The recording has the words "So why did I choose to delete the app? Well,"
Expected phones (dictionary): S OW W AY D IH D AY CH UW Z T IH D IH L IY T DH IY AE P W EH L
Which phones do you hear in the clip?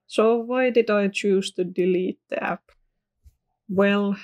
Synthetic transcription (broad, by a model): S OW W AY D IH D AY CH UW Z T IH D IH L IY T DH IY AE P W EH L